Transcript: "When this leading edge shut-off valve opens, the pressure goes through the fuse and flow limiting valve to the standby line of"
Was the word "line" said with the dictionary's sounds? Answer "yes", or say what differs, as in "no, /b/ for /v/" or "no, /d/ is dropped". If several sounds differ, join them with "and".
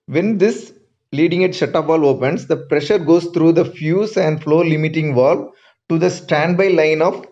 yes